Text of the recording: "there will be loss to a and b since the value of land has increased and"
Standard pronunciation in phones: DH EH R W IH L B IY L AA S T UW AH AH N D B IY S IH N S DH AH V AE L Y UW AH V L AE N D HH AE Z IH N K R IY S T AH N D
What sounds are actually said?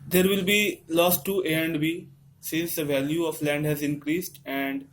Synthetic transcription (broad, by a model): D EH R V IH L B IY L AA S T UW AH AH N D B IY S IH N S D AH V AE L Y UW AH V L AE N D HH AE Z IH N K R IY S T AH N D